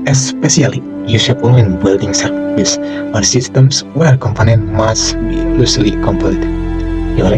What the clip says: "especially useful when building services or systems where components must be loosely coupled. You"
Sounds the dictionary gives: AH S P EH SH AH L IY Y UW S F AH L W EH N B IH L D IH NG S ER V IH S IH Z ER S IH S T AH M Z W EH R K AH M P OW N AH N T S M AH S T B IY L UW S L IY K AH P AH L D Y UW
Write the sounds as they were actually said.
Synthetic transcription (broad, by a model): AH S P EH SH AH L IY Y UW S AH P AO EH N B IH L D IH NG S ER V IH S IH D S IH S T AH M S W EH R K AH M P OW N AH N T M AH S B IY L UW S L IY K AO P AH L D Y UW